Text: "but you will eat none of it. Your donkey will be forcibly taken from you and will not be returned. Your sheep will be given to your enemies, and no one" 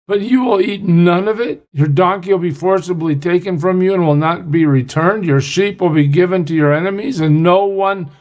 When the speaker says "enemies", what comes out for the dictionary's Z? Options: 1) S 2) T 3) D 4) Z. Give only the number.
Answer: 4